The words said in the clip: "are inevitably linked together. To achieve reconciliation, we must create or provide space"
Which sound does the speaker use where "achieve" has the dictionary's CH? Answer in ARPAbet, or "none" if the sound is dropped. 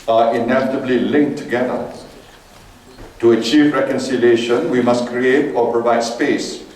CH